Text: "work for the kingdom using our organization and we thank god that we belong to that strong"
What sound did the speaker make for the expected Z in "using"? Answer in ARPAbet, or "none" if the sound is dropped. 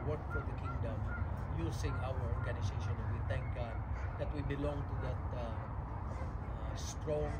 S